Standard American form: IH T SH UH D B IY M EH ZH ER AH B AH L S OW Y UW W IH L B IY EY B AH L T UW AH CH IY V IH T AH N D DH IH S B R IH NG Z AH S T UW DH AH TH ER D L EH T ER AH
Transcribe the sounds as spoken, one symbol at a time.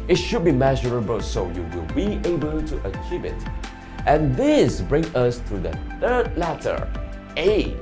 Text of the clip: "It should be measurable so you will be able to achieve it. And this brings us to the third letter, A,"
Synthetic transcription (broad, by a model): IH T SH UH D B IY M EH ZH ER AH B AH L S OW Y UW W IH L B IY EY B AH L T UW AH CH IY V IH T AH N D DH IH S B R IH NG AH S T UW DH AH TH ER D L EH T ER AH